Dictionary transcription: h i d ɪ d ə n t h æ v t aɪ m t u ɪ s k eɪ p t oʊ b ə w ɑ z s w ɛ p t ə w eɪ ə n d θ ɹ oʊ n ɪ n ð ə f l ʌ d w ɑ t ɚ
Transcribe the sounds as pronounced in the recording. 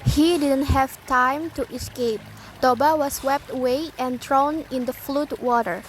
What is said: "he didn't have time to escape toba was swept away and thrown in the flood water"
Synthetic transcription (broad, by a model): h i d ɪ d ə n t h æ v t aɪ m t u ɪ s k eɪ p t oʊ b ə w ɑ s w ɛ p t ə w eɪ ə n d ɹ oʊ n ɪ n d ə f l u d w ɑ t ɚ